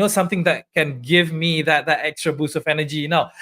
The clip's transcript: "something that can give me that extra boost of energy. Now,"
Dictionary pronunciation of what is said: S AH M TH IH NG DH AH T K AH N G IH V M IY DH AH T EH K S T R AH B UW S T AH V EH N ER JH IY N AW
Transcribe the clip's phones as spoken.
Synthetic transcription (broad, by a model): S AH M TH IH NG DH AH T K AH N G IH V M IY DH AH T EH K S T R AH B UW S AH V EH N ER JH IY N AW